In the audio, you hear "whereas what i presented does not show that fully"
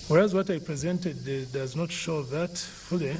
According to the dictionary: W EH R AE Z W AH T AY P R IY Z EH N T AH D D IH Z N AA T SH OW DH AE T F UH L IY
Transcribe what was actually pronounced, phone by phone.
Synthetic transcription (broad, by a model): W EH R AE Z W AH T AY P R IY Z EH N T AH D D IH Z N AA T SH OW DH AE T F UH L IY